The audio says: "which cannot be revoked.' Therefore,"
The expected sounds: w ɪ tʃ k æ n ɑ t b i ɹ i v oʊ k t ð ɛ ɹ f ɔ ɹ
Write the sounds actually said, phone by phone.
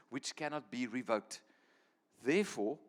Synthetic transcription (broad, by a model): w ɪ tʃ k æ n ɑ t b i ɹ i v oʊ k t ð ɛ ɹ f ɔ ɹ